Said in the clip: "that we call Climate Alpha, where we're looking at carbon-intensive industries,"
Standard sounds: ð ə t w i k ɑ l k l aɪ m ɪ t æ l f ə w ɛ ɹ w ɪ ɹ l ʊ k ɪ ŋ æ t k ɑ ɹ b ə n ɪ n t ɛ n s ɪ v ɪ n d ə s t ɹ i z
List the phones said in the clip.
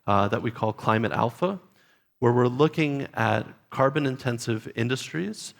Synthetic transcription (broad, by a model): ð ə t w i k ɑ l k l aɪ m ɪ t æ l f ə w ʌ ɹ w ɪ ɹ l ʊ k ɪ ŋ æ t k ɑ ɹ b ə n ɪ n t ɛ n s ɪ v ɪ n d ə s t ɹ i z